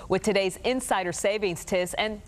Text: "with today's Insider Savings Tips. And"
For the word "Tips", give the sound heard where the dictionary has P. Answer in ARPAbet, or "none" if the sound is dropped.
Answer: none